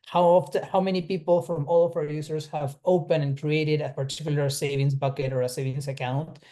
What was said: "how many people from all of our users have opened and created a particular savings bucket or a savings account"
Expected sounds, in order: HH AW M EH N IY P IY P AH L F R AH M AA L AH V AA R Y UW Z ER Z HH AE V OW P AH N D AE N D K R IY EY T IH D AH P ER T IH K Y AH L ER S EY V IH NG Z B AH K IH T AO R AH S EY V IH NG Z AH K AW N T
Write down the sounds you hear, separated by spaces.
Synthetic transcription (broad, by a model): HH AW M EH N IY P IY P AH L F R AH M AA L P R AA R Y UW S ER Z HH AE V OW P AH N AE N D K R IY EY T IH D AH P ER T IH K Y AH L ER S EY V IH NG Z B AH K IH T AO R AH S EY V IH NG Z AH K AW N T